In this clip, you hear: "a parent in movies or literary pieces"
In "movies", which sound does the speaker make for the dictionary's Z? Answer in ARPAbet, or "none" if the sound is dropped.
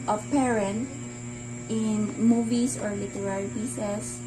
S